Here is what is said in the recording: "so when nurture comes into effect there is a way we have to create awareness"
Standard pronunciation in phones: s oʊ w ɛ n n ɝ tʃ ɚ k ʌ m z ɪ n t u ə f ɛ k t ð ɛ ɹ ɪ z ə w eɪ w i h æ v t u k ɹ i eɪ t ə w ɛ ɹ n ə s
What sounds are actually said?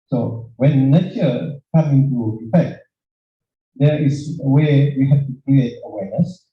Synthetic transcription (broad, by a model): s oʊ w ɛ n n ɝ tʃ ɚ k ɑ m ɪ n t u ə f ɛ k t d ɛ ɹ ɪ s ə w eɪ w i h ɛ f t u k ɹ i eɪ t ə w ɛ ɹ n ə s